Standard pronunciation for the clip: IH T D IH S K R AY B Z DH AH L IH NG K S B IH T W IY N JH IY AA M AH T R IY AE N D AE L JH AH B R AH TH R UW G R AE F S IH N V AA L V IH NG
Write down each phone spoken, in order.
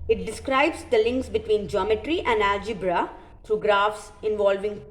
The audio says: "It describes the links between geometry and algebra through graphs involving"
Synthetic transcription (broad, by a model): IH T D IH S K R AY B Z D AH L IH NG K S B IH T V IY N JH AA M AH T R IY AE N D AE JH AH B R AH T R UW G R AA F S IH N V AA L V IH NG